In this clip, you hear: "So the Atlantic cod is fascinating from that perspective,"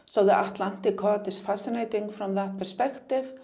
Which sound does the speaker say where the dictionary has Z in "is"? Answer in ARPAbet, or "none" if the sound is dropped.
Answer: S